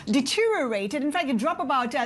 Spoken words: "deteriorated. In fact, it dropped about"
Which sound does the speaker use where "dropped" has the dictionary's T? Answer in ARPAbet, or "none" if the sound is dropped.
none